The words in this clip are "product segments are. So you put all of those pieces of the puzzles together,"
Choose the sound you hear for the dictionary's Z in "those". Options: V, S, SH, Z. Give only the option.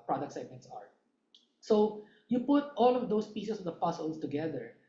S